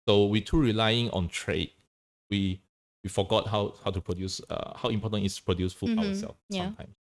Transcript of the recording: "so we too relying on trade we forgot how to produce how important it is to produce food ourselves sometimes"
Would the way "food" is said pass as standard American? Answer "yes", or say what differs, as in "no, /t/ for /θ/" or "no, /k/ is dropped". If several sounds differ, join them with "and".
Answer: no, /d/ is dropped